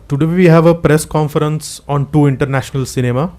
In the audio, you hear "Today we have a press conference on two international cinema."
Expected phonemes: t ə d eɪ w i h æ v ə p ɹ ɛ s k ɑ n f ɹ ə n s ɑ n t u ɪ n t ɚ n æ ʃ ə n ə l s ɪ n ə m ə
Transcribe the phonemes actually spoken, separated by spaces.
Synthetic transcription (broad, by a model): t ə d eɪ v i h æ v ə p ɹ ɛ s k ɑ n f ɹ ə n s ɑ n t u ɪ n t ɚ n æ ʃ ə n ə l s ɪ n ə m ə